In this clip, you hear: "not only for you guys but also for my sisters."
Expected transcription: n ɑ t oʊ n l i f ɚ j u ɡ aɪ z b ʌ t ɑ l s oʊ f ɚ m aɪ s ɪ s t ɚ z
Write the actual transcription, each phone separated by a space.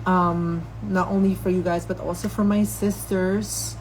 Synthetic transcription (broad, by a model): n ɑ t oʊ n l i f ɚ j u ɡ aɪ z b ʌ t ɑ l s oʊ f ɚ m aɪ s ɪ s t ɚ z